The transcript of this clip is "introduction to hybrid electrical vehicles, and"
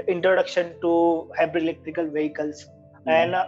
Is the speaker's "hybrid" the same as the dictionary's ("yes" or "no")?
no